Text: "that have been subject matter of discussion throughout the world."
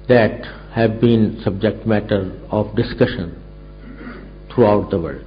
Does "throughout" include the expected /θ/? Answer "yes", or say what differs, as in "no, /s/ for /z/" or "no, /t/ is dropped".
no, /t/ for /θ/